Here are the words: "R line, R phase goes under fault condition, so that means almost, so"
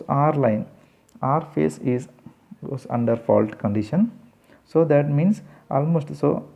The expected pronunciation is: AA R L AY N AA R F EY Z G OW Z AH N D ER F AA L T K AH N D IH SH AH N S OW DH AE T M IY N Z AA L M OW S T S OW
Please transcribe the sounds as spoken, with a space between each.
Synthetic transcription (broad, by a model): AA R L AY N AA R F EY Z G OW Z AH N D ER F AA L T K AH N D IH SH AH N S OW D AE T M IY N S AA L M OW S T S OW